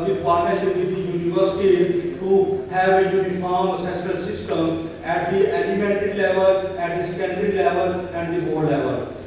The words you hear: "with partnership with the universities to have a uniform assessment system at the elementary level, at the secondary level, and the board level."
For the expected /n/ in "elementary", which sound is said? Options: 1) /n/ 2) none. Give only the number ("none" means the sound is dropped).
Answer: 2